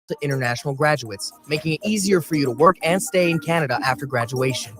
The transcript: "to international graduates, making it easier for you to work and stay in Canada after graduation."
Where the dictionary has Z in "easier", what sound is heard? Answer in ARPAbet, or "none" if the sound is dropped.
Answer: Z